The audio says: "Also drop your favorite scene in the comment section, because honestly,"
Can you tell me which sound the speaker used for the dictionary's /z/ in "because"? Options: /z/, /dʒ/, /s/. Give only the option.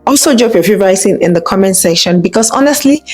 /s/